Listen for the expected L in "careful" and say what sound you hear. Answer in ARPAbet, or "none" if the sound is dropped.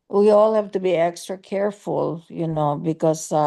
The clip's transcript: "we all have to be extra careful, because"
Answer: N